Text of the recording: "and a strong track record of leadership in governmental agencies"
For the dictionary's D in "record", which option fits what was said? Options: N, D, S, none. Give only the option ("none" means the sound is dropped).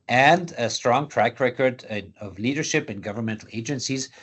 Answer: D